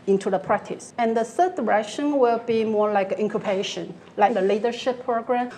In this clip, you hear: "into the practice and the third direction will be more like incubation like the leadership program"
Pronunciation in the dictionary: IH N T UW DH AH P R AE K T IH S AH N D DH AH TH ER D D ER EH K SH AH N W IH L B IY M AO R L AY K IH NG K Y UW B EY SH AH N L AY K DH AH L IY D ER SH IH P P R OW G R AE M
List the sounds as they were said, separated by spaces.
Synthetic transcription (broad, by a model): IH N T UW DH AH P R AE K T IH S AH N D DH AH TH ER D D ER EH K SH AH N W IH L B IY M AO R L AY K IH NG K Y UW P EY SH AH N L AY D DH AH L IY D ER SH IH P P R OW G R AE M